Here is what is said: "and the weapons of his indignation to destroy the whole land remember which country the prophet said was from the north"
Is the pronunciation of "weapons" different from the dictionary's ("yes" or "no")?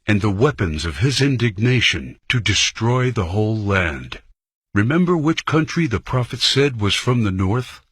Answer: no